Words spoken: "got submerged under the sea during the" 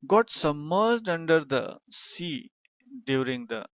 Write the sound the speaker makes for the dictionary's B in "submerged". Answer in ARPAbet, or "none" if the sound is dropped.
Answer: none